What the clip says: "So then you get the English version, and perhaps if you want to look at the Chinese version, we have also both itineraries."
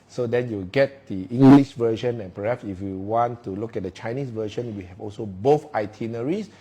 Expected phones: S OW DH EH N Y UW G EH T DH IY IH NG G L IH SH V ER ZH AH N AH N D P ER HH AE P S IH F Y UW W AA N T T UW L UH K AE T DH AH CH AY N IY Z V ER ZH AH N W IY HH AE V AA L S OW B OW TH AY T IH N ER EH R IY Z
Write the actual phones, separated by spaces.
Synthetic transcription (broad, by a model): S OW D EH N Y UW G EH T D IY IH NG G L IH SH V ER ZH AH N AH N P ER HH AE P S IH F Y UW W AA N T T UW L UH K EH T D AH CH AY N IY S V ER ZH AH N W IY HH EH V AA L S OW B OW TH AY T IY N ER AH R IY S